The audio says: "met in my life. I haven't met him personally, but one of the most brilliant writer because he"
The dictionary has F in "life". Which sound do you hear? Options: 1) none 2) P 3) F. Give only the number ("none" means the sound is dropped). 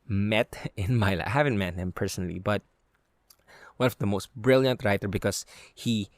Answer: 1